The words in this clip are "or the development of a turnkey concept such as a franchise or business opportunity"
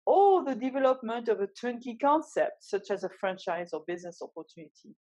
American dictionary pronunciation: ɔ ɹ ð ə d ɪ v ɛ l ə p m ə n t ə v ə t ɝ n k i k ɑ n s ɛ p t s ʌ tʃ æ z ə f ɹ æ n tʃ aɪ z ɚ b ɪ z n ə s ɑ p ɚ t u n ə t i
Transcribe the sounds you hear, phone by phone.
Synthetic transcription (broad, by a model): ɔ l ð ə d ɪ v ɛ l ə p m ə n t ə v ə t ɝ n k i k ɑ n s ɛ p t s ʌ tʃ æ z ə f ɹ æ n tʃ aɪ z ɚ b ɪ z n ə s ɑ p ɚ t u n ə t i